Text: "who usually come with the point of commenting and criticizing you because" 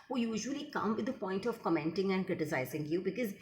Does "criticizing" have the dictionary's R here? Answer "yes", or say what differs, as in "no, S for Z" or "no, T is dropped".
yes